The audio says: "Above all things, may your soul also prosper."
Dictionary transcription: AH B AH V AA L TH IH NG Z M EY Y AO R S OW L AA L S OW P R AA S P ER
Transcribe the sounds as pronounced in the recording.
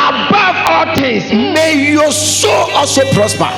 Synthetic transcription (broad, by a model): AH B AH V AA L T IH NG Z M EY Y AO S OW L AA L S OW P R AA S P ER